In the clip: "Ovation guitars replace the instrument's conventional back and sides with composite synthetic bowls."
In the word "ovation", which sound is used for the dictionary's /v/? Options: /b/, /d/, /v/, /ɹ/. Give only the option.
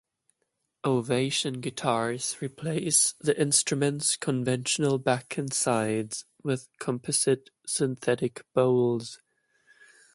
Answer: /v/